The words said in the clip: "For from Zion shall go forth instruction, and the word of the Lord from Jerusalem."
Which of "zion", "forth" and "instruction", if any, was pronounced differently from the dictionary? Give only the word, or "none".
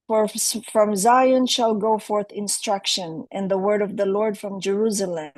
none